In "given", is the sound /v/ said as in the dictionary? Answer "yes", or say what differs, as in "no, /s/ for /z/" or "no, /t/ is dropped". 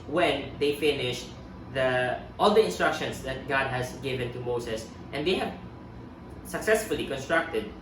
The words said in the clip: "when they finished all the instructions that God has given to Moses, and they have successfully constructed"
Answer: yes